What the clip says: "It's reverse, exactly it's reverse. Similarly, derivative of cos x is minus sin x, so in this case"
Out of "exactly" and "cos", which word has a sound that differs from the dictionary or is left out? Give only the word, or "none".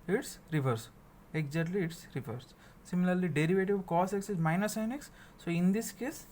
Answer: exactly